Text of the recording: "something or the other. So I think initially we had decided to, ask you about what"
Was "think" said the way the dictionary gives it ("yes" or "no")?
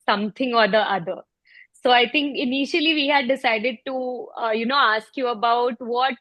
no